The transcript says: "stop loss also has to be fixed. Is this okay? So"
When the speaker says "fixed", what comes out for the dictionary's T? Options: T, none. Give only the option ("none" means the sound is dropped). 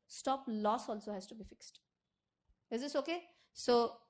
T